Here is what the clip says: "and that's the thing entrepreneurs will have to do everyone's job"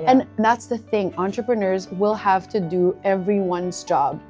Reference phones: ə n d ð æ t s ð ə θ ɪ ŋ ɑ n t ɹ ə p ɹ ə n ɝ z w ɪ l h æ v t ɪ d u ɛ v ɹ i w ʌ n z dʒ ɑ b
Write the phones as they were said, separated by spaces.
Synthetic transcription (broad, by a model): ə n ð æ t s ð ə θ ɪ ŋ ɑ n t ɹ ə p ɹ ə n ɝ z w ɪ l h æ v t ɪ d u ɛ v ɹ i w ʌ n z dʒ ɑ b